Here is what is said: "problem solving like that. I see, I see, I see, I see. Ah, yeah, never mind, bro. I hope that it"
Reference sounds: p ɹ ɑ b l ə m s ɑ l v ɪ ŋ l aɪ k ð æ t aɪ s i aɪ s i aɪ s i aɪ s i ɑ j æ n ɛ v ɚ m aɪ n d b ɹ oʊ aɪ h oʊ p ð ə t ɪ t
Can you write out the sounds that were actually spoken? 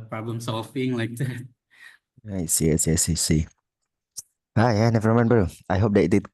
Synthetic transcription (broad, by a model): p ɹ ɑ b l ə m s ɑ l b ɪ ŋ l aɪ k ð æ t aɪ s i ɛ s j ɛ s i s i ɑ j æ n ɛ v ɚ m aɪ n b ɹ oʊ aɪ h oʊ p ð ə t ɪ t